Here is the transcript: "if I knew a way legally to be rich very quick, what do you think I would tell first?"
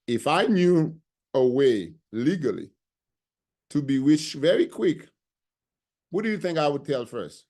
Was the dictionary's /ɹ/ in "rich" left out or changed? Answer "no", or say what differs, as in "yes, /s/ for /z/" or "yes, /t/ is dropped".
yes, /w/ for /ɹ/